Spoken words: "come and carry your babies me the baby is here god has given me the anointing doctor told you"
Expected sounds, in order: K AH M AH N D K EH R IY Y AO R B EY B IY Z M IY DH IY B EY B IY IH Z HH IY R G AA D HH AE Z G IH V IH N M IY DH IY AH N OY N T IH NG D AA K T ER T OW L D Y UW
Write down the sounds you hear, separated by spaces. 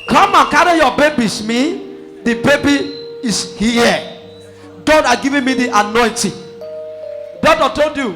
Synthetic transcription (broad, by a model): K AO M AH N K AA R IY Y AO B EY B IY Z M IY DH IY B EY B IY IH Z HH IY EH G AA D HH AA G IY V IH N M IY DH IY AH N OY N T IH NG D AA T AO T OW L D Y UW